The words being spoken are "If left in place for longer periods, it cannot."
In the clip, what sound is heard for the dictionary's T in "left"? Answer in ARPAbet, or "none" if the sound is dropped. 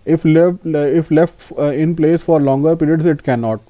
T